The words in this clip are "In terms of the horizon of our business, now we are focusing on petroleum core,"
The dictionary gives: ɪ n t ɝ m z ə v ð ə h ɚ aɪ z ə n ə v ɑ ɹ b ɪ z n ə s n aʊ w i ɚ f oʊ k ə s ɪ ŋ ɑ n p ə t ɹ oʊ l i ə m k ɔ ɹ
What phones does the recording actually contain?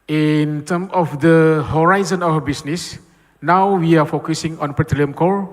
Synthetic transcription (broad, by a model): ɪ n t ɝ m ə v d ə h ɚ aɪ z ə n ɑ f b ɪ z n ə s n aʊ w i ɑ f oʊ k ə s ɪ ŋ ɑ n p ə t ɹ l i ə m k ɔ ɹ